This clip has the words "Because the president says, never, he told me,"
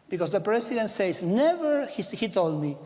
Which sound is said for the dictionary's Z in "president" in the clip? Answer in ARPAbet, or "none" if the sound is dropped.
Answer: S